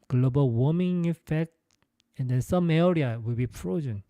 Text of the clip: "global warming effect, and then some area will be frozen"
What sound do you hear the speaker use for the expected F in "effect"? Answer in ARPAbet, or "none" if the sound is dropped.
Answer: F